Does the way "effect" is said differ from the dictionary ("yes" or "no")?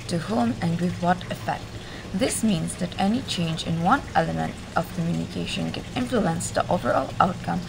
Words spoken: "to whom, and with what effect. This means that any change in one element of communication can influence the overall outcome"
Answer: no